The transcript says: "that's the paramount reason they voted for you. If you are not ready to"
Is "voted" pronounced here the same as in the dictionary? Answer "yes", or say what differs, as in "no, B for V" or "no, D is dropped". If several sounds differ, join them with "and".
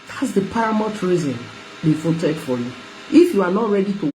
no, F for V